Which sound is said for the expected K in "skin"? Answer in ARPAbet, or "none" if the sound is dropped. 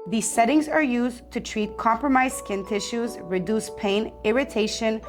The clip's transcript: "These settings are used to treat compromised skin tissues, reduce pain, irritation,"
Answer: K